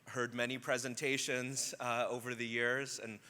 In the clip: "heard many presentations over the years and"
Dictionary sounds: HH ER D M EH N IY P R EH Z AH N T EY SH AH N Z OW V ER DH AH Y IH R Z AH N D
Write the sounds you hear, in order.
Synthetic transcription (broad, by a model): HH ER D M EH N IY P R EH Z AH N T EY SH AH N Z OW V ER DH AH Y IH R Z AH N